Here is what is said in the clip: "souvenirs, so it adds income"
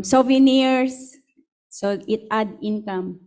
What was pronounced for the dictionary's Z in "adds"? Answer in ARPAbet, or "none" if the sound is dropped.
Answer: none